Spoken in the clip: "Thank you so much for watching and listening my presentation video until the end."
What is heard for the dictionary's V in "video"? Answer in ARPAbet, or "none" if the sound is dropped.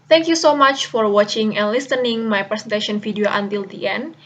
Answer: F